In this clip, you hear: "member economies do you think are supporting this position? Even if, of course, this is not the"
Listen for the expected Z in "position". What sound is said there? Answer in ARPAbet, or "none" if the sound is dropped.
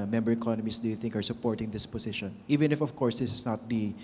S